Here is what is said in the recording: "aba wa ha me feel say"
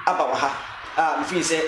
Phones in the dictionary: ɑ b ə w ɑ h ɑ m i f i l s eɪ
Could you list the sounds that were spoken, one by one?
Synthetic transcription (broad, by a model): ɑ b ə w ɑ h ɑ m f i n s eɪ